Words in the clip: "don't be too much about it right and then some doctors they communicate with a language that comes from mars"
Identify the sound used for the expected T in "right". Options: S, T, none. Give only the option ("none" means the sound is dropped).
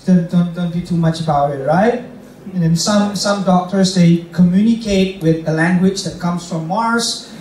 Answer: T